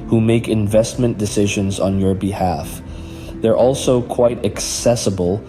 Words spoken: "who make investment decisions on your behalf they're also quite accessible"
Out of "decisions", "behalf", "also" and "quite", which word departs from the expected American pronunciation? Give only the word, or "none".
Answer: none